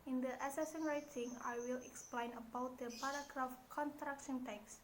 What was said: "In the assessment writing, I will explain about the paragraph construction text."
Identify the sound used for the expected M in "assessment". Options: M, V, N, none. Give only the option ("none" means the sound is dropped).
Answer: none